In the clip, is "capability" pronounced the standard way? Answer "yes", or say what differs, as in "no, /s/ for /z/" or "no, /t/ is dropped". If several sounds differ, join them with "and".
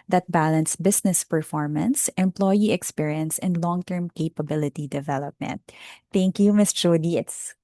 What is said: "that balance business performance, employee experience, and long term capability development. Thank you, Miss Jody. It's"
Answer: yes